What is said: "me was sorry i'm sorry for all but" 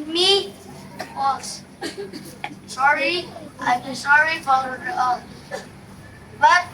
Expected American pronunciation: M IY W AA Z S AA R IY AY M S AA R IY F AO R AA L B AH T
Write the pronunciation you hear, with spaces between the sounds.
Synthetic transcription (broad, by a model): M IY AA S AA R IY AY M S AA R IY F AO L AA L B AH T